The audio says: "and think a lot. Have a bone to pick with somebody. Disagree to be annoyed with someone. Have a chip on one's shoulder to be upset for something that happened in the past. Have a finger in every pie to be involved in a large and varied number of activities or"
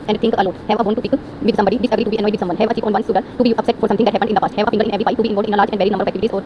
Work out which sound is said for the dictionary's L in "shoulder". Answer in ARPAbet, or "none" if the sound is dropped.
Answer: none